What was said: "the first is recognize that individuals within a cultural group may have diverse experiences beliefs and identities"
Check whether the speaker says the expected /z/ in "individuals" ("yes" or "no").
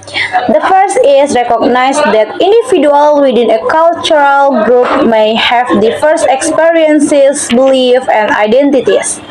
no